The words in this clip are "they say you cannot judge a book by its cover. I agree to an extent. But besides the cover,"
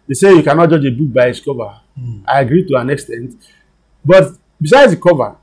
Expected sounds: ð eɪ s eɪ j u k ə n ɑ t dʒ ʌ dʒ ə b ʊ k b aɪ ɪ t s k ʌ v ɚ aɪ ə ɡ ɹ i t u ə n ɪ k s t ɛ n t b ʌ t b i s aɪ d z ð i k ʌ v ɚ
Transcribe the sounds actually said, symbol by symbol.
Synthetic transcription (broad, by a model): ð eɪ s eɪ j u k ə n ɑ t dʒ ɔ dʒ ə b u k b aɪ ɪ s k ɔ v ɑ aɪ ə ɡ ɹ i t u ə n ɪ k s t ɛ n t b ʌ t b i s aɪ d z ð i k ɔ v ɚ